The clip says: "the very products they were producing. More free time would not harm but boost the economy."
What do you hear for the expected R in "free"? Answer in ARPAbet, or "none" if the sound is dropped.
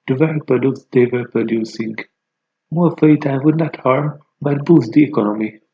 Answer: none